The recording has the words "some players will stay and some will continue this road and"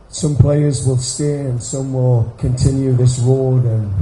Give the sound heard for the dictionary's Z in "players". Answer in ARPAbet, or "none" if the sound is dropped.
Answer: Z